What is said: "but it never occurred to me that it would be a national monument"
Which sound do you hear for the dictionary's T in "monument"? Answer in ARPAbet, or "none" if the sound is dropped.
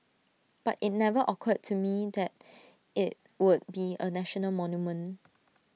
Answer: none